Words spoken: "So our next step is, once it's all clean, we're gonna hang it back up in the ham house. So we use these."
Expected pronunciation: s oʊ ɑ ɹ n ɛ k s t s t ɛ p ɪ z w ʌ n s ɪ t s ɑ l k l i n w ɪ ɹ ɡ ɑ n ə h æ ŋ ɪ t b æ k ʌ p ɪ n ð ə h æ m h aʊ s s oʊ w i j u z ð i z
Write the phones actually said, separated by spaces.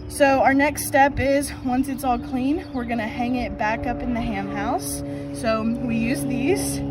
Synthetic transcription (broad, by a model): s oʊ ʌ ɹ n ɛ k s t s t ɛ p ɪ z w ʌ n s ɪ t s ɑ l k l i n w ɪ ɹ ɡ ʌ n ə h æ ŋ ɪ t b æ k ʌ p ɪ n ð ə h æ m h aʊ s s oʊ w i j u z ð i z